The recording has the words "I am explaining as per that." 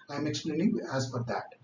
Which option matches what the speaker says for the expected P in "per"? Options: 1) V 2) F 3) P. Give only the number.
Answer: 2